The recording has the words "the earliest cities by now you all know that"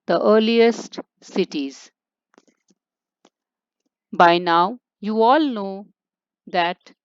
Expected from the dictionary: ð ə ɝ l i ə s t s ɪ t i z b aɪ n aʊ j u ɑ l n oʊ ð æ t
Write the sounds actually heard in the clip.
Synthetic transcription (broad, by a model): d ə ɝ l i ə s t s ɪ t i z b aɪ n aʊ j u ɑ l n oʊ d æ t